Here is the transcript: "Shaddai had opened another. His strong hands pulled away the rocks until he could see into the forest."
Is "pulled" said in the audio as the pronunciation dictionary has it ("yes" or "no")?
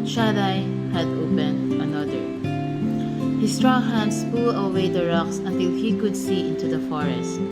no